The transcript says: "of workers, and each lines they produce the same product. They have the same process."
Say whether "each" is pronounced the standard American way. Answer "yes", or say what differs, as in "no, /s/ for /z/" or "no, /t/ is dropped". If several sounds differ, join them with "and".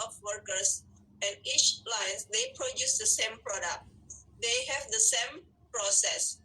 yes